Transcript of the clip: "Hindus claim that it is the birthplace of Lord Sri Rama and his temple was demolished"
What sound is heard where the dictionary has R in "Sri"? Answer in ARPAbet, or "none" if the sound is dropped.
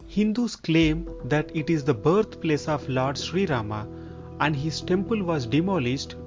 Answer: R